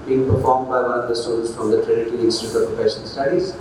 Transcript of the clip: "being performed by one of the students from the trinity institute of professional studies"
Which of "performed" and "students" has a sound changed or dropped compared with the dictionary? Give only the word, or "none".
students